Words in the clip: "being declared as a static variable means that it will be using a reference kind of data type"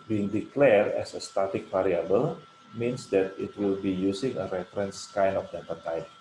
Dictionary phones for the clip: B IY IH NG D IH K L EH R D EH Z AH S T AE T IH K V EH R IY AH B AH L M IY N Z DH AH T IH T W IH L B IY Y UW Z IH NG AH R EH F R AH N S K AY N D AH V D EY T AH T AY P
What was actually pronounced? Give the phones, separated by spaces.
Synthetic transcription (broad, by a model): B IY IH NG D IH K L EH R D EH S AH S T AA T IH K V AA R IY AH B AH L M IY N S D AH T IH T W IH L B IY Y UW S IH NG AH R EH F R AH N S K AY N AH F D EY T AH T AY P